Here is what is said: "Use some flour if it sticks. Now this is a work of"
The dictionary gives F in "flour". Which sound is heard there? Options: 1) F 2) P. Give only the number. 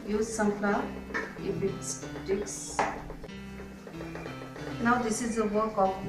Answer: 2